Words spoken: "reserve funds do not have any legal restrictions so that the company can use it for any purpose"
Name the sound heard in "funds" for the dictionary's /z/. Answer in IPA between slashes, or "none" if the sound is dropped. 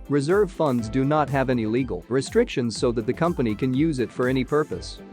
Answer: /z/